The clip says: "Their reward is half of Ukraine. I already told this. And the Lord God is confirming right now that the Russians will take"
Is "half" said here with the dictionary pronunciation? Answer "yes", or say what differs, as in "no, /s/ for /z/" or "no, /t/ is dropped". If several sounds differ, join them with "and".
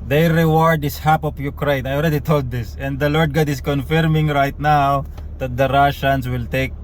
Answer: no, /p/ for /f/